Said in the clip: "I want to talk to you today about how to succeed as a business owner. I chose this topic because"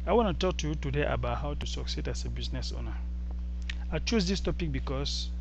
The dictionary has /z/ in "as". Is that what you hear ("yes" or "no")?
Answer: no